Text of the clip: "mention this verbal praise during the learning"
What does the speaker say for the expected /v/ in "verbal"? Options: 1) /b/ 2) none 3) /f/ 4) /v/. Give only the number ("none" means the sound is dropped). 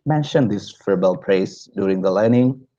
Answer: 3